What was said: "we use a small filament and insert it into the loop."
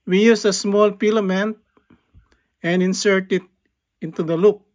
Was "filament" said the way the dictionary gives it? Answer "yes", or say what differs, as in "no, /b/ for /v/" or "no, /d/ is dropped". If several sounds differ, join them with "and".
no, /p/ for /f/